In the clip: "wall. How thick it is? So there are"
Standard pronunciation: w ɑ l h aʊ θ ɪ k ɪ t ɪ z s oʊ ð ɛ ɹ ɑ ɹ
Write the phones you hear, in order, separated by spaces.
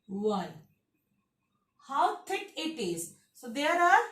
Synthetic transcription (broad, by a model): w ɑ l h aʊ t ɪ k ɪ t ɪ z s oʊ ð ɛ ɹ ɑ ɹ